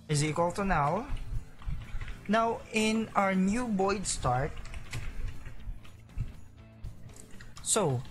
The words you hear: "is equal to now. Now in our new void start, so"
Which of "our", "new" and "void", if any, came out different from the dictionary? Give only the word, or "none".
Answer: void